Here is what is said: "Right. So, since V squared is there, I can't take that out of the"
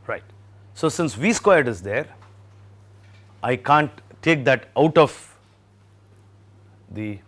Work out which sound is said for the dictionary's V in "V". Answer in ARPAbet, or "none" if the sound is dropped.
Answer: V